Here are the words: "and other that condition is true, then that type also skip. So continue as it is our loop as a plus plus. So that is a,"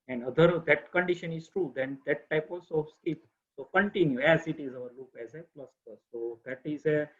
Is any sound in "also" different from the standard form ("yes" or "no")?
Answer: yes